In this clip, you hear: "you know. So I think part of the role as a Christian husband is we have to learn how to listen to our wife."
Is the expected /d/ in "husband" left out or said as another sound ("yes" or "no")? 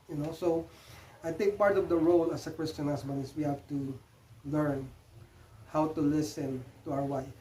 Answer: yes